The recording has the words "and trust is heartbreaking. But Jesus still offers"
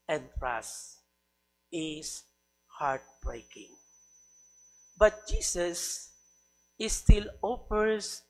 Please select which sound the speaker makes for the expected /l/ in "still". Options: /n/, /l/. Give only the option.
/l/